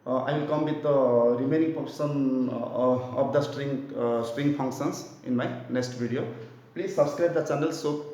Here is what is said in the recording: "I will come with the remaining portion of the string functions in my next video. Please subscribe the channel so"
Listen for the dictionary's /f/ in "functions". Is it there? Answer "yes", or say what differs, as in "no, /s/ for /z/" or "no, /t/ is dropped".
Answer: no, /p/ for /f/